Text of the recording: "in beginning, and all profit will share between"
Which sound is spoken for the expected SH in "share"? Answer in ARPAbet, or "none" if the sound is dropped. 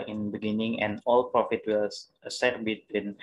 S